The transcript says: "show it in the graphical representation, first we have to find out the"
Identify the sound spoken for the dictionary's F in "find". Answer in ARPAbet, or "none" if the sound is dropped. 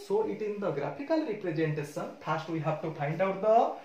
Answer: P